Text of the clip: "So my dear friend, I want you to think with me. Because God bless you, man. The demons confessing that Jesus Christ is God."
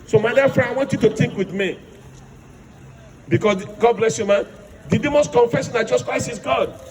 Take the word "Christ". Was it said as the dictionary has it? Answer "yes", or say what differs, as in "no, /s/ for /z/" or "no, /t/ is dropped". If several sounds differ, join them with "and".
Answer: no, /t/ is dropped